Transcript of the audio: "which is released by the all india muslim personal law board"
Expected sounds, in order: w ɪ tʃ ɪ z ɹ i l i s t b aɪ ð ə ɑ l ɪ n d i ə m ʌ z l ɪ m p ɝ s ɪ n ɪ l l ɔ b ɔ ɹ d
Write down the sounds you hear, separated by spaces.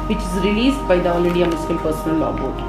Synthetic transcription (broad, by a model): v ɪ tʃ ɪ z ɹ i l i s t b aɪ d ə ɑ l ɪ d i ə m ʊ s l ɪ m p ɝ s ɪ n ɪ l l ɔ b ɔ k